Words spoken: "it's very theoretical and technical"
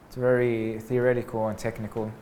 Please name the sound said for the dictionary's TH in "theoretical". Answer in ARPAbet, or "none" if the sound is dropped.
TH